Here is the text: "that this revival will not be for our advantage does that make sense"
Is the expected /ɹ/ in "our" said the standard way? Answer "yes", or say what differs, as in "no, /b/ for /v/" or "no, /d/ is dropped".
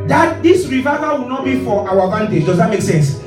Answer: no, /w/ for /ɹ/